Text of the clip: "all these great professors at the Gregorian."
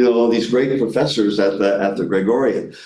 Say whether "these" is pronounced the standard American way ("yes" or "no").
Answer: yes